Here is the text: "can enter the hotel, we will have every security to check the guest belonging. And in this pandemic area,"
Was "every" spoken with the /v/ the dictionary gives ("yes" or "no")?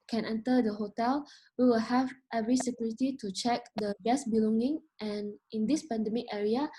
yes